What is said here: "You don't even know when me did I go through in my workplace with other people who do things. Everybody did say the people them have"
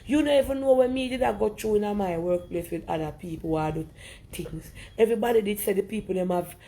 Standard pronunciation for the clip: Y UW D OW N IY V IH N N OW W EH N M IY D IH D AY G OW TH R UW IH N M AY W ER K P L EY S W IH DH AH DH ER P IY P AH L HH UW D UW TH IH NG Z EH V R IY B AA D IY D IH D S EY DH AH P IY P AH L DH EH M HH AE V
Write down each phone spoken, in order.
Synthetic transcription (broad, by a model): Y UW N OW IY V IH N N OW W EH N M IY D IH D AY G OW T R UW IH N M AY W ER K P L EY S W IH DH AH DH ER P IY P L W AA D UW T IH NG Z EH V R IY B AA D IY D IH D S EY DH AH P IY P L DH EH M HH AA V